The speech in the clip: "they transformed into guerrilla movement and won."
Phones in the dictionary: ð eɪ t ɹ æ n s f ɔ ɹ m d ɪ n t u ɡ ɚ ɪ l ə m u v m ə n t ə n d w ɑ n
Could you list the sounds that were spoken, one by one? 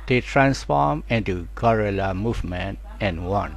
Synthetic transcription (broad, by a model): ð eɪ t ɹ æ n s f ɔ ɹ m ɪ n t u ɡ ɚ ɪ l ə m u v m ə n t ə n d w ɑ n